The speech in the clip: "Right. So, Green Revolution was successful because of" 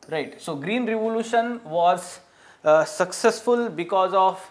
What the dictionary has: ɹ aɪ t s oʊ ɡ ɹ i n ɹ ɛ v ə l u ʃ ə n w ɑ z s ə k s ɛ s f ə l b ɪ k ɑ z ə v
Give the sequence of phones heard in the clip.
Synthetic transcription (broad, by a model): ɹ aɪ t s oʊ ɡ ɹ i n ɹ ɛ v ə l u ʃ ə n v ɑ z s ə k s ɛ s f ə l b ɪ k ɑ z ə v